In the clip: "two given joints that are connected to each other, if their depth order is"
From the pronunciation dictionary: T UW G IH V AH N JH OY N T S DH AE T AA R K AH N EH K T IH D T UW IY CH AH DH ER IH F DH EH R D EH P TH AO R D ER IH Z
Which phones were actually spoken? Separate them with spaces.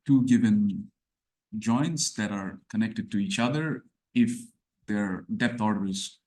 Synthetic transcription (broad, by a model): T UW G IH V AH N JH OY N T S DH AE T AA R K AH N EH K T IH D T UW IY CH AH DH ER IH F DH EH R D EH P T AO R D ER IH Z